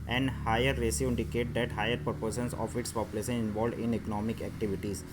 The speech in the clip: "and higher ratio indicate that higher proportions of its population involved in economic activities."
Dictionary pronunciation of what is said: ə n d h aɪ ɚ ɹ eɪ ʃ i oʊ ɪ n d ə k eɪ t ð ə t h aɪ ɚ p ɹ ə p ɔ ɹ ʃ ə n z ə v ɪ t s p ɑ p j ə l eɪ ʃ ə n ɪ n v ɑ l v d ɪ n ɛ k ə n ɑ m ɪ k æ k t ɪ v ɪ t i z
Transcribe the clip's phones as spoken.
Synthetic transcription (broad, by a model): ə n d h aɪ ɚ ɹ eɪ s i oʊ ɪ n d ə k eɪ t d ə t h aɪ ɚ p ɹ p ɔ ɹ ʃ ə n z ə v ɪ t s p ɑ p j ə l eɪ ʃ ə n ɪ n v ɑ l d ɪ n ɛ k ə n ɑ m ɪ k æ k t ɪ v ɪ t i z